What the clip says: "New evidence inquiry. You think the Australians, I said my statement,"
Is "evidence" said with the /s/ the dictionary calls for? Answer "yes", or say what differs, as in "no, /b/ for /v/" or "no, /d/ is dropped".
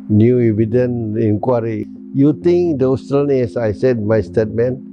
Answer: no, /s/ is dropped